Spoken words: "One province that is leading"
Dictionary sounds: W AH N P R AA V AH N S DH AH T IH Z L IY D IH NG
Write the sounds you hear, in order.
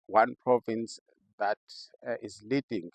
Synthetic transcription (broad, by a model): W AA N P R AA V AH N S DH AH T IH Z L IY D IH NG